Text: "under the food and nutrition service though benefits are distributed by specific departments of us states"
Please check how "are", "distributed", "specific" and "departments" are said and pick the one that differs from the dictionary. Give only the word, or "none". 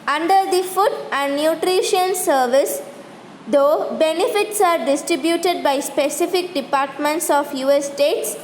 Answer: none